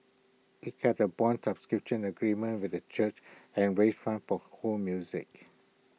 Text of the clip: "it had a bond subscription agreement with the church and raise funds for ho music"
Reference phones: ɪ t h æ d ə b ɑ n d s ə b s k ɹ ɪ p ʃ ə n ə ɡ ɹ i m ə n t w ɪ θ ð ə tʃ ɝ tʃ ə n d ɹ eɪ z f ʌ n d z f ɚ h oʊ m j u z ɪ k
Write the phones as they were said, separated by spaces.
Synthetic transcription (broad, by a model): ɪ t h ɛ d ə b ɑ n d s ə b s k ɹ ɪ p ʃ ə n ə ɡ ɹ i m ə n t w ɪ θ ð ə tʃ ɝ tʃ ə n ɹ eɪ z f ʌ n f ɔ h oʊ m j u z ɪ k